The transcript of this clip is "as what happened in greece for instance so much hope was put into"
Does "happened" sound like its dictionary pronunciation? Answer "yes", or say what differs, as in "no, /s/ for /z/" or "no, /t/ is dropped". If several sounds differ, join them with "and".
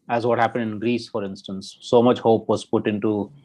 yes